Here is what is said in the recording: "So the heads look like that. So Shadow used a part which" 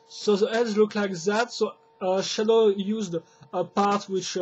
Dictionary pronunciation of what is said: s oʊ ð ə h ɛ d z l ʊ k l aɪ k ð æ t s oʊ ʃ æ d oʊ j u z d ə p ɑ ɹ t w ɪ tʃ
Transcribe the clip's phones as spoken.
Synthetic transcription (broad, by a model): s oʊ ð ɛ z l ʊ k l aɪ k ð æ t s oʊ ʃ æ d oʊ j u z d ə p ɑ ɹ t w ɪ tʃ